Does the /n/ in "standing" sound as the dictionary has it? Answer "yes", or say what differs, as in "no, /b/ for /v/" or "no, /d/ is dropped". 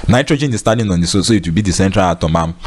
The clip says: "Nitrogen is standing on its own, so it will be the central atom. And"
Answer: no, /n/ is dropped